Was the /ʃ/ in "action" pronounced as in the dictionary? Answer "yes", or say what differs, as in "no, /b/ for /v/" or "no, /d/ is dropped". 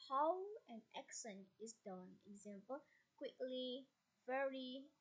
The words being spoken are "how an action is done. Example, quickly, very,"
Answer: no, /s/ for /ʃ/